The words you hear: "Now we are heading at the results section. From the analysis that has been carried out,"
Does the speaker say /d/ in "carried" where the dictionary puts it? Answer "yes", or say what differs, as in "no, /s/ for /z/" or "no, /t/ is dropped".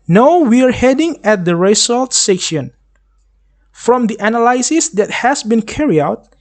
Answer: no, /d/ is dropped